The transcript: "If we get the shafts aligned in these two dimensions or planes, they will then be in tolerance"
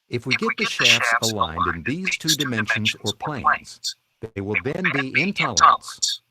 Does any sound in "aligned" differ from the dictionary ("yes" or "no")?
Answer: no